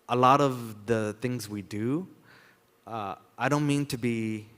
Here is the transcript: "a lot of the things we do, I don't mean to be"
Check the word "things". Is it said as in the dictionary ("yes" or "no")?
yes